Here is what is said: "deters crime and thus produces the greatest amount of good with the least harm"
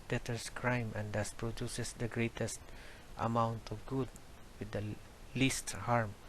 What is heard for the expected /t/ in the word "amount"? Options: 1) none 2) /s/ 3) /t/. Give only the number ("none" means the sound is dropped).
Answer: 3